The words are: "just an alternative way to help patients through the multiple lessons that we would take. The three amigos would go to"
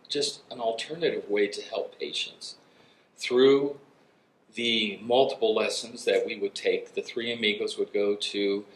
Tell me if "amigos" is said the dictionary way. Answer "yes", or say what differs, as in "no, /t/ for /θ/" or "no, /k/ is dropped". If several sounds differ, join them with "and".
yes